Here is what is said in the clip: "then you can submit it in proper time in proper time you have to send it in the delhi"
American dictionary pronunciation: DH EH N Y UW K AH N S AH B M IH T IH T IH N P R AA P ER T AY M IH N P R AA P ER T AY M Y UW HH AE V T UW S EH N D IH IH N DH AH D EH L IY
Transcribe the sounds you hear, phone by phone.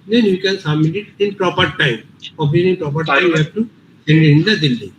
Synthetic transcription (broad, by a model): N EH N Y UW K AH N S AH M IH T IH T IH N P R AA P ER T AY M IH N P R AA P ER T AY M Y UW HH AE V T UW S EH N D IH IH N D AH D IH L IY